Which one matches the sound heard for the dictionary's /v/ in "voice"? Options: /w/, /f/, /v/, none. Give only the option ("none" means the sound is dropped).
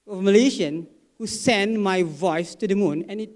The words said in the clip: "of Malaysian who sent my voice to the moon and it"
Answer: /v/